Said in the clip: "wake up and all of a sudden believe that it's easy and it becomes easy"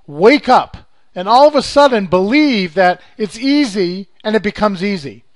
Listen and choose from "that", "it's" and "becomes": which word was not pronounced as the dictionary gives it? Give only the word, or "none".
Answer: none